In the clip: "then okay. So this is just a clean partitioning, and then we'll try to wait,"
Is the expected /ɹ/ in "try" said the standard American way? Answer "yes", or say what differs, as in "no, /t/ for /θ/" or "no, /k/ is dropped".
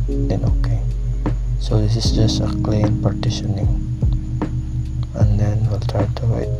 yes